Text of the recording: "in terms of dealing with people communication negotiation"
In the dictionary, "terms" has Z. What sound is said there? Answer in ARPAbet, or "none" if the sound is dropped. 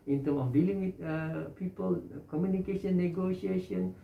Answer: none